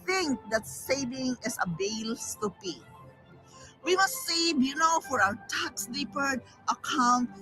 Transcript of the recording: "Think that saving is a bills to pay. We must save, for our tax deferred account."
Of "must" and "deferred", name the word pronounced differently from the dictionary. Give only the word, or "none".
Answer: deferred